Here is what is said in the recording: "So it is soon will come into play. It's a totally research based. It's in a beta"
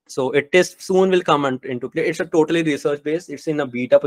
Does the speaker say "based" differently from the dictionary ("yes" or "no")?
yes